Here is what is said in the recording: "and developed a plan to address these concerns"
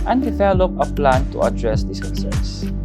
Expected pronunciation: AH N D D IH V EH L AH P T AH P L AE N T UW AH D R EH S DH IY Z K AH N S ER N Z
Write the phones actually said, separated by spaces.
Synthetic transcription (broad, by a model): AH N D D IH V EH L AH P AH P L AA N T UW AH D R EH S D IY S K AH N S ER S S